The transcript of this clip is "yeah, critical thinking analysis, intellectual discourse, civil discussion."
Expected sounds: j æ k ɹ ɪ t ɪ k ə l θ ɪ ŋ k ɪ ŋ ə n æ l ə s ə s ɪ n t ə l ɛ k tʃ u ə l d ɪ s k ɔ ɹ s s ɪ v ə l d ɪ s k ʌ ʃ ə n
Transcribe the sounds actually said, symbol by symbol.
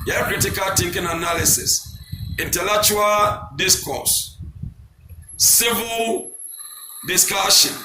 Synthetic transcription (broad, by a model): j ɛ k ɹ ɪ t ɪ k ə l t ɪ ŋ k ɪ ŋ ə n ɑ l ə s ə s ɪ n t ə l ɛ k tʃ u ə l d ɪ s k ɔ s s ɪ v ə l d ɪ s k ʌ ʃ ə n